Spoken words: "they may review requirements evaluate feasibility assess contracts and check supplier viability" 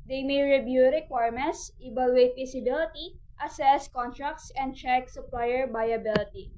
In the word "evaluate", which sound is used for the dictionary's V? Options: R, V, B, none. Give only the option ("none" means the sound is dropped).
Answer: B